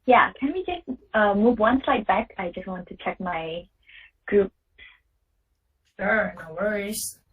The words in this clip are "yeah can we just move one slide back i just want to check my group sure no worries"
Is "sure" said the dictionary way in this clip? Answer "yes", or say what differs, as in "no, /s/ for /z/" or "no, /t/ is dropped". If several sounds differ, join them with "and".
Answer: no, /s/ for /ʃ/